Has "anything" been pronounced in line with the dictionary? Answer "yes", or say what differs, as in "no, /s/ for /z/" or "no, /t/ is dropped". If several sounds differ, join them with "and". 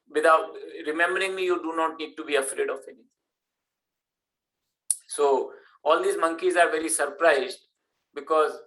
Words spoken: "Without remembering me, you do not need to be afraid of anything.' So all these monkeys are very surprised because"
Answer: no, /t/ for /θ/